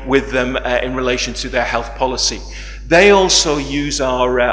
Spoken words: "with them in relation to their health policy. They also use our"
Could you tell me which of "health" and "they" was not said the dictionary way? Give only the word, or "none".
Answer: none